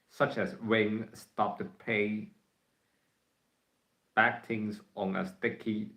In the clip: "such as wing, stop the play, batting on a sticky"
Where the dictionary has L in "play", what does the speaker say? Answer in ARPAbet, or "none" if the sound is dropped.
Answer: none